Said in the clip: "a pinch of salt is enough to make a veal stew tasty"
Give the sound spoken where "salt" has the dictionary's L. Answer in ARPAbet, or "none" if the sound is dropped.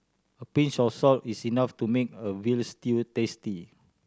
L